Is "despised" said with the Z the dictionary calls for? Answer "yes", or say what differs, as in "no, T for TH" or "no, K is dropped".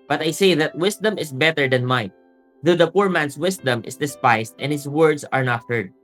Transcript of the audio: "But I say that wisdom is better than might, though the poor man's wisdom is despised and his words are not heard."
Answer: no, S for Z